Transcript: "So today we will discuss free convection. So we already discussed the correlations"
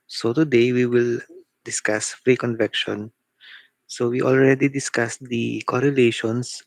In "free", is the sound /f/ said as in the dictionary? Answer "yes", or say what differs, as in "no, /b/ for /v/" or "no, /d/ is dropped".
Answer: yes